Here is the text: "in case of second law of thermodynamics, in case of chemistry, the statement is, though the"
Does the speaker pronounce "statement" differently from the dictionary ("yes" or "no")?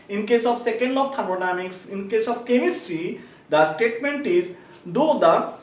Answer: no